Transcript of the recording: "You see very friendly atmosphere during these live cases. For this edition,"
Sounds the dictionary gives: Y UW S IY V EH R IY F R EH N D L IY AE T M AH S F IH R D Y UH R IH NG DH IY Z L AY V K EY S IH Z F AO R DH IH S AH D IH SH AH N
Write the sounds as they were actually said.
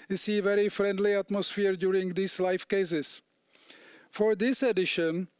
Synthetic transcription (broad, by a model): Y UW S IY V EH R IY F R EH N D L IY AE T M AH S F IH R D Y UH R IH NG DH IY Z L AY F K EY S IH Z F AO R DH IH S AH D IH SH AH N